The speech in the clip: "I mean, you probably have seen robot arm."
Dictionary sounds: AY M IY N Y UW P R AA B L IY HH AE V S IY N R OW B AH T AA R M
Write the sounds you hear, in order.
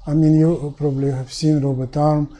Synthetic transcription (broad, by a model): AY M IY N Y UW P R AA B L IY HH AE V S IY N R OW B AH T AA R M